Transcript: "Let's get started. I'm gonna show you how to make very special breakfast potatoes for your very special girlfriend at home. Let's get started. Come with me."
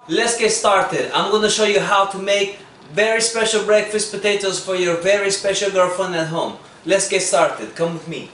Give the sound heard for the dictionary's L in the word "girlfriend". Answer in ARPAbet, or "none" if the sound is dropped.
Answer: none